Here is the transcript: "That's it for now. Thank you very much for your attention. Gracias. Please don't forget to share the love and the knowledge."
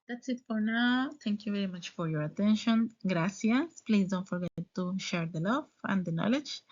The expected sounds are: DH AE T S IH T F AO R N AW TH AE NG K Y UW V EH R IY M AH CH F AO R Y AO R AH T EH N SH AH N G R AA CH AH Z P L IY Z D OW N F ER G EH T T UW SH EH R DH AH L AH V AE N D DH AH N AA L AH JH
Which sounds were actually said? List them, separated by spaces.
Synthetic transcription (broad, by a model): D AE T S IH T F AO R N AW T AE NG K Y UW V EH R IY M AH CH F AO R Y AO R AH T EH N SH AH N G R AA S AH S P L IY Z D OW N F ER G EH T T UW SH EH R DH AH L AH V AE N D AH N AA L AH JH